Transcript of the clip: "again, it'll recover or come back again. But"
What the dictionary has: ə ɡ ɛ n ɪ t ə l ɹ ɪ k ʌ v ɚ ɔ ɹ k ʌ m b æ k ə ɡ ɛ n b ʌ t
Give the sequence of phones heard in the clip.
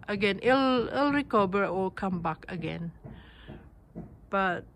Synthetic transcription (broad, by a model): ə ɡ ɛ n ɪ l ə l ɹ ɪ k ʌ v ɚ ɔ l k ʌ m b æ k ə ɡ ɛ n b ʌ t